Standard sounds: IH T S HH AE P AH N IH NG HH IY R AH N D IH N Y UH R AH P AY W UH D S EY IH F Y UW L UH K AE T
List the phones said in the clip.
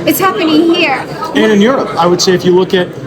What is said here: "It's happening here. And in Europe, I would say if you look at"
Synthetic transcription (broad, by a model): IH T S HH AE P AH N IH NG HH IY R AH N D IH N Y UH R AH P AY W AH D S EY IH F Y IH L UH K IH T